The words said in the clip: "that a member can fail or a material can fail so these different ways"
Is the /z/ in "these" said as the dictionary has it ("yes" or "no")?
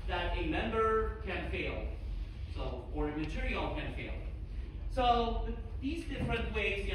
yes